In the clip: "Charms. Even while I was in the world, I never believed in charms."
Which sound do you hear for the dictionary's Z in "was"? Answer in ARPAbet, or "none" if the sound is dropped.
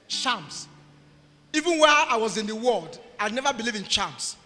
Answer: Z